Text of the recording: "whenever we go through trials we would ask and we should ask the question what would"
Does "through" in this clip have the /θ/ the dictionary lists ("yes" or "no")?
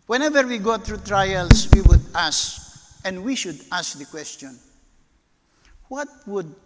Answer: no